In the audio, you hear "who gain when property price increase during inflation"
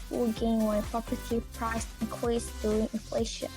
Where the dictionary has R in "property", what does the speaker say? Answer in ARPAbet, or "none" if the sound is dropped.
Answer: none